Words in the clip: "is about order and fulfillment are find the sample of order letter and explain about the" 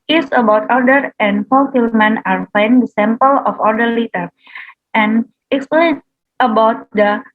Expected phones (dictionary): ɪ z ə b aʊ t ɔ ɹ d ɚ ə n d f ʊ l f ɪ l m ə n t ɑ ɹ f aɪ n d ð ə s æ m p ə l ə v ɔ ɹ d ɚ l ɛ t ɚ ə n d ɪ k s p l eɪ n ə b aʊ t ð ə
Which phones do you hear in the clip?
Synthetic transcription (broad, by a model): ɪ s ə b aʊ t ɔ ɹ d ɚ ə n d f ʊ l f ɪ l m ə n ɑ ɹ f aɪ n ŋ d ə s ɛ m p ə l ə f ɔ ɹ d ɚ l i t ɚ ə n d ɪ k s p l eɪ n ə b aʊ t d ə